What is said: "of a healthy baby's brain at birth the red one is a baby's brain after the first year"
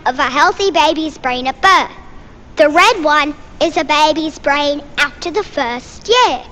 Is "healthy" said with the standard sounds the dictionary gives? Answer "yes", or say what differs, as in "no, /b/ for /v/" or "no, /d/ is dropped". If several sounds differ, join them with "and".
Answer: yes